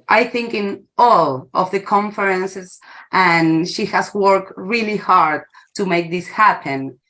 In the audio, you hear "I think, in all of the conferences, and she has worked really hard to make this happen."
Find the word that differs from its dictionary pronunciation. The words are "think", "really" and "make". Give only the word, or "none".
none